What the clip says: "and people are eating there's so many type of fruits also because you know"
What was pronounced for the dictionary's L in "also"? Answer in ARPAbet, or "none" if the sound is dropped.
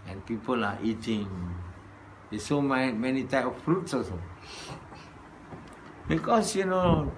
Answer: none